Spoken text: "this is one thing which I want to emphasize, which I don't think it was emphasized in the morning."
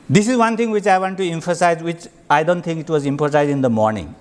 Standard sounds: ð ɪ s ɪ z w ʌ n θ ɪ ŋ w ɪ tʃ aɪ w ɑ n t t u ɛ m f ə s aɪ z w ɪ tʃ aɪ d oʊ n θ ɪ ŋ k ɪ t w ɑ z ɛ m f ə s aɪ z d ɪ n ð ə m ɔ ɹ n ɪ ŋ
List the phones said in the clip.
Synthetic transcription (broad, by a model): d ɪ s ɪ z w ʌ n t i ŋ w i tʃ aɪ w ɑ n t t u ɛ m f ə s aɪ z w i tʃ aɪ d oʊ n t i ŋ k ɪ t w ɑ z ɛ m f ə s aɪ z ɪ n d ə m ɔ ɹ n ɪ ŋ